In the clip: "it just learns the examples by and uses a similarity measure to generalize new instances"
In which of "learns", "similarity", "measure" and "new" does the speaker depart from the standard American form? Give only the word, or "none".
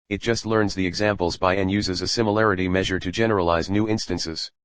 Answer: none